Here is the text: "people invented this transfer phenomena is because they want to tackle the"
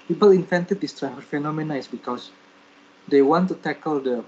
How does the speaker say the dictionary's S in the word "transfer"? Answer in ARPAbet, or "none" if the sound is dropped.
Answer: none